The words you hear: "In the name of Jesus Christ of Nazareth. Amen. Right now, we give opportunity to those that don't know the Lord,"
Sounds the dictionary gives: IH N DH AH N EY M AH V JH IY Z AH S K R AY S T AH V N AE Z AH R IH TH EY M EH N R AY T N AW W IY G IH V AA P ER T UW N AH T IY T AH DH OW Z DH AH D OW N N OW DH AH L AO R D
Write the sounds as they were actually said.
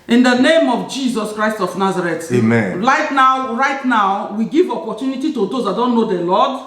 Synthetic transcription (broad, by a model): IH N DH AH N EY M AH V JH IY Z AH S K R AY S T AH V N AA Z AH R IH T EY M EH N R AY T N AW W IY G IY V AA P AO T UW N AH T IY T AH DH OW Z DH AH D OW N N OW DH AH L AO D